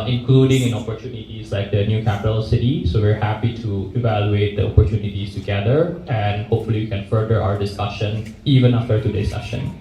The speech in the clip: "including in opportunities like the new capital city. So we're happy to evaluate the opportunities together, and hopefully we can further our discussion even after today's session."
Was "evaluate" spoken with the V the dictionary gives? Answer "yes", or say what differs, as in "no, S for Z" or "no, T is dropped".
yes